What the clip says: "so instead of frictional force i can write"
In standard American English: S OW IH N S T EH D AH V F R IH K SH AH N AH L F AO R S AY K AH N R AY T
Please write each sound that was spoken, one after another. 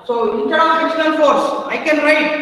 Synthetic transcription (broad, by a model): S OW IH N T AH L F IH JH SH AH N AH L F AO R S AY K AH N R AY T